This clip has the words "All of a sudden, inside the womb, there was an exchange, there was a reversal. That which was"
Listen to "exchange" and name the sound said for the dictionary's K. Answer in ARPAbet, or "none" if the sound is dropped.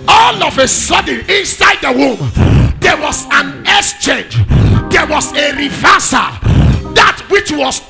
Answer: none